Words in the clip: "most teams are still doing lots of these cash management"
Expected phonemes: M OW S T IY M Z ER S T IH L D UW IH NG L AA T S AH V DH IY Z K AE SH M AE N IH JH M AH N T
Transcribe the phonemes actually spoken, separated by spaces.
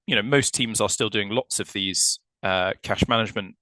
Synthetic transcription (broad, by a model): M OW S T IY M Z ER S T IH L D UW IH NG L AA T S AH V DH IY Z K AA SH M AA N IH JH M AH N T